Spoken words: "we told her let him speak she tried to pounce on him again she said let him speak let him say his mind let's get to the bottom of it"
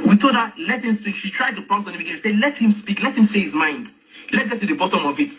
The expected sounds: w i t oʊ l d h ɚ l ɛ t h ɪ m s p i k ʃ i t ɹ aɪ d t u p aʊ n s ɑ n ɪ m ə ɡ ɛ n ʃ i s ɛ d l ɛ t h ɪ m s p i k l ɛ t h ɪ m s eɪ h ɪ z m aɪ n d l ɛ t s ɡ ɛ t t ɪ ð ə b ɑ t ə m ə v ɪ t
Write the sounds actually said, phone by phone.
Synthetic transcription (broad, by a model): w i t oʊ d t l ɛ t h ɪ m s p i k ʃ i t ɹ aɪ d t u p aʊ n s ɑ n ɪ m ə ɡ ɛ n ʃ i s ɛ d l ɛ t h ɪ m s p i k l ɛ t h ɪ m s eɪ h ɪ z m aɪ n d l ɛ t ɡ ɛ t t ɪ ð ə b ɑ t ə m ə v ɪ t